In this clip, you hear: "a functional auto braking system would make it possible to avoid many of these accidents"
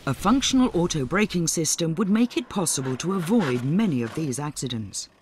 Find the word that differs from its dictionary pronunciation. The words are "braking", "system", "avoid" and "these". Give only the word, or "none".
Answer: none